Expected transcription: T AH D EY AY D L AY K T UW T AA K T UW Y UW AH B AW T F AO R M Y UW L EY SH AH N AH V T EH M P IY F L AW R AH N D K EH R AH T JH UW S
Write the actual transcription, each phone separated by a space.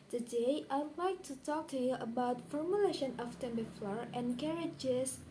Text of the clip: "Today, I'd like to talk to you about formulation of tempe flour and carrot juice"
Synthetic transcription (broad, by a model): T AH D EY AY D L AY K T UW T AA K T UW Y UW AH B AW T F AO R M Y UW L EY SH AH N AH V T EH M B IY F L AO R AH N K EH R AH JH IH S